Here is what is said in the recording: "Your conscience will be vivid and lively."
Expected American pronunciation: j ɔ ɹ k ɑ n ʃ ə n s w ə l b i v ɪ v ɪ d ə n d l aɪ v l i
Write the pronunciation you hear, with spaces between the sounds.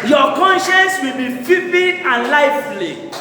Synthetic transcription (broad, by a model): j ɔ k ɑ n ʃ ə n s w ə l b i f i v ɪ ə n l aɪ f l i